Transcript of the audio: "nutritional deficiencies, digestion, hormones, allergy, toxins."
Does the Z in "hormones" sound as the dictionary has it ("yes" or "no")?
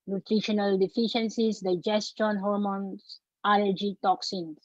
no